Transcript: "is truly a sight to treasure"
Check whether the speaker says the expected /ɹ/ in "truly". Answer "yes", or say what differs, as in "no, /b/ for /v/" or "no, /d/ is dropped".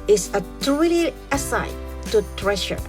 no, /ɹ/ is dropped